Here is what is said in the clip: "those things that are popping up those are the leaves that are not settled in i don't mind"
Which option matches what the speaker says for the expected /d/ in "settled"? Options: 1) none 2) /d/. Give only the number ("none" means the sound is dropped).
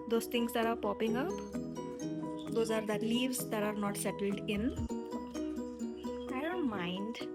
2